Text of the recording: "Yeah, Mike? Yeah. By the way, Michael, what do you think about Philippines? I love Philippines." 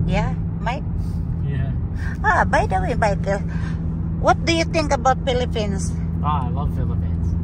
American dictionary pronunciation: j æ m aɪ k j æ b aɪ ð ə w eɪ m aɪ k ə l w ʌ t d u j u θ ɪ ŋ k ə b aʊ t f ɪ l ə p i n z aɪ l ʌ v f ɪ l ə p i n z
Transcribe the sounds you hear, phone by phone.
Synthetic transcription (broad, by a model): j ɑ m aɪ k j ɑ b aɪ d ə w eɪ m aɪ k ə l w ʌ t d u j u t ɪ ŋ k ə b aʊ t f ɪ l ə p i n s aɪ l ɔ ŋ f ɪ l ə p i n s